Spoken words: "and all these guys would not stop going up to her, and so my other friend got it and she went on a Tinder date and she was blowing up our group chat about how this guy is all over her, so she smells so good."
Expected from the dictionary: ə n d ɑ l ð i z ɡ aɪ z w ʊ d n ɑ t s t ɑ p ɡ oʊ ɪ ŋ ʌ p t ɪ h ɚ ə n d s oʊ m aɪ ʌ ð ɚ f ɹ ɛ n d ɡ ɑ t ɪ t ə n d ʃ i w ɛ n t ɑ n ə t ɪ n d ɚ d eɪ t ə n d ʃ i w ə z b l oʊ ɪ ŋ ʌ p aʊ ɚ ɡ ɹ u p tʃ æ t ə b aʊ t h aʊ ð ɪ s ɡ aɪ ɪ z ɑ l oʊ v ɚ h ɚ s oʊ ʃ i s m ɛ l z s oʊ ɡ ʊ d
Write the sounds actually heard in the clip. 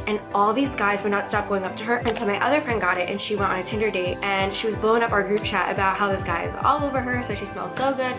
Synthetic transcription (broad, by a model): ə n ɑ l ð i z ɡ aɪ z w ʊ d n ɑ t s t ɑ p ɡ oʊ ɪ ŋ ʌ p t ɪ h ɚ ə n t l m aɪ ʌ ð ɚ f ɹ ɛ n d ɡ ɑ t ɪ t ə n ʃ i w ɛ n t n ə t ɪ n d ɚ d eɪ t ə n ʃ i w ə z b l oʊ ɪ ŋ ʌ p aʊ ɚ ɡ ɹ u p tʃ æ t ə b aʊ t h aʊ ð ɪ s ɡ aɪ ɪ z ɑ l oʊ v ɚ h ɚ s oʊ ʃ i s m ɛ l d s oʊ ɡ ʊ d